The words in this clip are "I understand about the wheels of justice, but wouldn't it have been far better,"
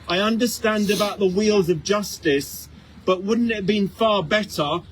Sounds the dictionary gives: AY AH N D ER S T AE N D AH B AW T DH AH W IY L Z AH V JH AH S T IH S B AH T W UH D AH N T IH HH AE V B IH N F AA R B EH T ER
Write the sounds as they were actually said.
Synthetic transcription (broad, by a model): AY AH N D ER S T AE N D AH B AW T DH AH W IY L Z AH V JH AH S T IH S B AH T W UH D N T IH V B IH N F AA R B EH T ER